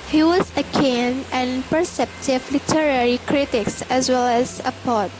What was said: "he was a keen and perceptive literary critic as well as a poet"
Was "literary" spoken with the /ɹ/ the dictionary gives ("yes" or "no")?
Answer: yes